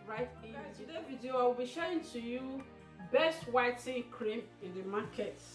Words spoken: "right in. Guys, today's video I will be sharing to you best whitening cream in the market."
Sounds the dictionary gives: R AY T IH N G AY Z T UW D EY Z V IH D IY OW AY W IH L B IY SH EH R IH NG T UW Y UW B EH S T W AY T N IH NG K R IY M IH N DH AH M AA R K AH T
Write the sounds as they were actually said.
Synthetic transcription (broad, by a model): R AY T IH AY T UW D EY V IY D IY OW AY W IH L B IY SH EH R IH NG T UW Y UW B EH S T W AY T IH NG K R IY M IH N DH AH M AA K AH T